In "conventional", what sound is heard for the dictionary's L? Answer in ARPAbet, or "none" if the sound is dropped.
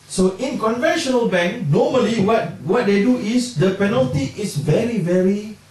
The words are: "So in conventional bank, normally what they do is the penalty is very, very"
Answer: L